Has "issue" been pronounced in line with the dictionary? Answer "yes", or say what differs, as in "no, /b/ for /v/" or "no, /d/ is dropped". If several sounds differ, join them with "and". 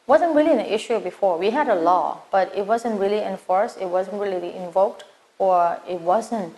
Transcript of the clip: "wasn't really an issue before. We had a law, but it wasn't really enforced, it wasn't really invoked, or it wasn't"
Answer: yes